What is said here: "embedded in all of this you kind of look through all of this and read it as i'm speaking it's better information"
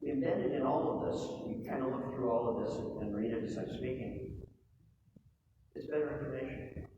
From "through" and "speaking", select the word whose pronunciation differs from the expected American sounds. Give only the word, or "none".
none